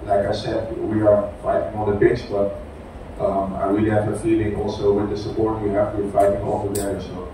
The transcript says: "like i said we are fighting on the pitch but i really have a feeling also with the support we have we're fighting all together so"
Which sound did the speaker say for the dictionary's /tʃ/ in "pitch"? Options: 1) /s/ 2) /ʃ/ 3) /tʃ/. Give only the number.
1